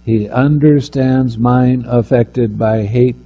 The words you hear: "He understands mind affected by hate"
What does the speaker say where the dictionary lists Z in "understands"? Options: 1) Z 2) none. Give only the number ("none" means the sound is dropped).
1